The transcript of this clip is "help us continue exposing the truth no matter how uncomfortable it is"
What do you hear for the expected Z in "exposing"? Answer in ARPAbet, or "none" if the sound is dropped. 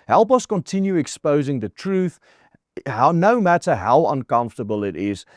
Z